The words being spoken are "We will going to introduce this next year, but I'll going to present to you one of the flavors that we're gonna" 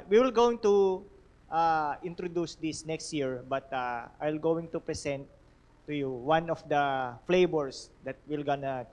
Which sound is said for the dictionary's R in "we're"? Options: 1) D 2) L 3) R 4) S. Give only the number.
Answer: 2